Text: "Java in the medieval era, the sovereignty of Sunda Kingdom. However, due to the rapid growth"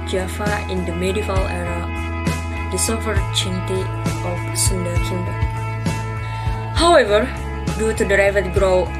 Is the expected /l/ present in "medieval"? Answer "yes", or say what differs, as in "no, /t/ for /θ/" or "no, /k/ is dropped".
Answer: yes